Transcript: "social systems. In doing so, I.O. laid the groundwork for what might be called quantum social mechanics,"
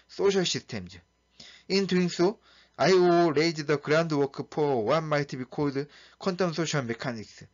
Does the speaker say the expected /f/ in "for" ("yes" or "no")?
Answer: no